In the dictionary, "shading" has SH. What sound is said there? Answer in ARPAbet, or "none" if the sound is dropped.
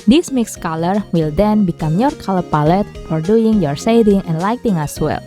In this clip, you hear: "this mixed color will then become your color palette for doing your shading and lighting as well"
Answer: S